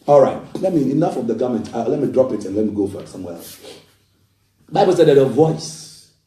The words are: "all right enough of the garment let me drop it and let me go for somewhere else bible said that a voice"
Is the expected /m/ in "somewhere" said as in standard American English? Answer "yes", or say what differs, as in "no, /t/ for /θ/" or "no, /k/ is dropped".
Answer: yes